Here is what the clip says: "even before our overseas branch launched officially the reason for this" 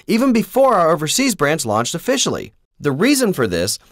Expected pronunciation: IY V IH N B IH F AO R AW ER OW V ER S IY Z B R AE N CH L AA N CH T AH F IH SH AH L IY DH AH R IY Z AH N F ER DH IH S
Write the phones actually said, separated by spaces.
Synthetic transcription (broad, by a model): IY V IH N B IH F AO R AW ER OW V ER S IY Z B R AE N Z L AA N CH T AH F IH SH L IY DH AH R IY Z AH N F ER DH IH S